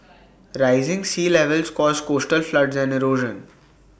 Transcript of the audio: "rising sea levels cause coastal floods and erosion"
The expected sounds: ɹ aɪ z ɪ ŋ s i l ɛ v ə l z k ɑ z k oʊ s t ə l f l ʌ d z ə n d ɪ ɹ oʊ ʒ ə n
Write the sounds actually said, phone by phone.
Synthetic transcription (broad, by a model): ɹ aɪ z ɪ ŋ s i l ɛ v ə l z k ɑ z k oʊ s t ə l f l ʌ d z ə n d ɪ ɹ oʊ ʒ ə n